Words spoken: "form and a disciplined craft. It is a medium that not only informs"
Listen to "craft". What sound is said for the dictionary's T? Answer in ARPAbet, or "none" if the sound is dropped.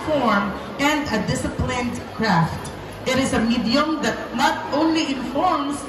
T